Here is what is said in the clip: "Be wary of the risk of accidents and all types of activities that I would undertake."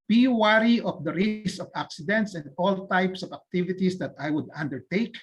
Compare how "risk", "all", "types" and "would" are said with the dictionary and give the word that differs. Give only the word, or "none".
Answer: risk